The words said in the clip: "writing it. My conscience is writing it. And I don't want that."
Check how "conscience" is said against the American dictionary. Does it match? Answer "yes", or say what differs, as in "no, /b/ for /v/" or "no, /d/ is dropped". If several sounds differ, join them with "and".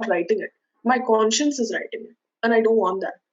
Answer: yes